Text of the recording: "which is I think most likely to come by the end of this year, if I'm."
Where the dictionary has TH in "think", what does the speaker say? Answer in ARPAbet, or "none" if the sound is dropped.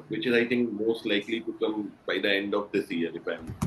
T